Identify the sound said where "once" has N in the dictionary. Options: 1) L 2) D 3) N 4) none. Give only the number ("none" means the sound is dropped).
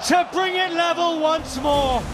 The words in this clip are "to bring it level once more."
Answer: 3